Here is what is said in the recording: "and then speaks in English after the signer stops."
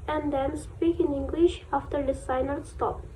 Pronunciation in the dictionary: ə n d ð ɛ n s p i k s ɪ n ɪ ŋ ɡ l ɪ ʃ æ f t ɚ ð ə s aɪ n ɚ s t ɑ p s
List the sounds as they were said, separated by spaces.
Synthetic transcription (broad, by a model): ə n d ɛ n s p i k ɪ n ɪ ŋ ɡ l ɪ ʃ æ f t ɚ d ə s aɪ n ɚ s t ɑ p